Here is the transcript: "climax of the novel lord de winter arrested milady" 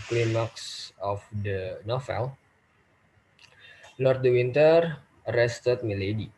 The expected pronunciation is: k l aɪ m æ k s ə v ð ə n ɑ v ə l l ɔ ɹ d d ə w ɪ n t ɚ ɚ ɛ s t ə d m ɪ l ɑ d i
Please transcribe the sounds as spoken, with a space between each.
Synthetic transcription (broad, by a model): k l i m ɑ k s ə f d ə n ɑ f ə l l ɔ ɹ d d ə w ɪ n t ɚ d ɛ s t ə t m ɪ l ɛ d i